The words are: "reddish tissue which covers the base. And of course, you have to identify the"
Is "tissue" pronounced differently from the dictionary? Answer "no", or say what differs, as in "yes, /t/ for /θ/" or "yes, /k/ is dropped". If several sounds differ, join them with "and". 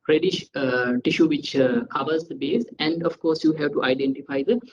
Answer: no